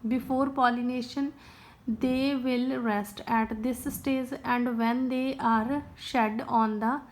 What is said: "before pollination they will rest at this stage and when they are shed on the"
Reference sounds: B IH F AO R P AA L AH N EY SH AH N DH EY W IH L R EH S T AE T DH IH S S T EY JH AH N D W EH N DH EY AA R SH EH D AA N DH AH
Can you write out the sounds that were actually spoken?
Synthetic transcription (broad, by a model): B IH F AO R P AA L AH N EY SH AH N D EY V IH L R EH S T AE T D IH S S T EY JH AH N D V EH N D EY AA R SH EH D AA N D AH